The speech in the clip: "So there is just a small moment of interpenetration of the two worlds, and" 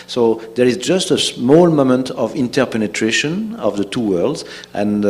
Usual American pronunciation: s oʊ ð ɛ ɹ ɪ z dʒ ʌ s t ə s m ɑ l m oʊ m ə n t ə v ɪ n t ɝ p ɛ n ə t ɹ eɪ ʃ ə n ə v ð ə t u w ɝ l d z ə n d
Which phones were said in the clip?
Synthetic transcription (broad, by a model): s oʊ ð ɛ ɹ ɪ z dʒ ʌ s t ə s m ɑ l m oʊ m ə n t ə v ɪ n t ɝ p ɛ n ə t ɹ eɪ ʃ ə n ə v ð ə t u w ɝ l d z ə n